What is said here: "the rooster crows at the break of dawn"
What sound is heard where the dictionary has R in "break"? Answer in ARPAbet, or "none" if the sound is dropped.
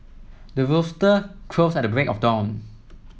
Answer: R